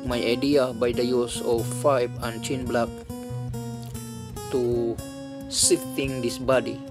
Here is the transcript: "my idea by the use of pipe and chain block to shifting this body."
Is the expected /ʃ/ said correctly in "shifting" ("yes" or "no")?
no